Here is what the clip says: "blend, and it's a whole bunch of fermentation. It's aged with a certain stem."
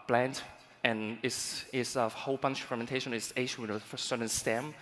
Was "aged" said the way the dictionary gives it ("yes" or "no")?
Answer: no